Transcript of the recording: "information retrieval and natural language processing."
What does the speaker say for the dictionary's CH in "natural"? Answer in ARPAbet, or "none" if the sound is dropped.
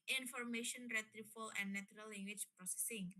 none